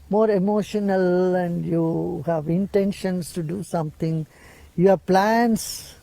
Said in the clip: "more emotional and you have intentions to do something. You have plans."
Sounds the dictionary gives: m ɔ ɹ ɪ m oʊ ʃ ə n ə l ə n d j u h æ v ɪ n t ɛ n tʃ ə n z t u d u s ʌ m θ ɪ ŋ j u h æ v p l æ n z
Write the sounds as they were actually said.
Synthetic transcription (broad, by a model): m ɔ ɹ ɪ m oʊ ʃ ə n ə l ə n d j u h æ v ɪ n t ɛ n ʃ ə n s t u d u s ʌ m t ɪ ŋ j u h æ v p l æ n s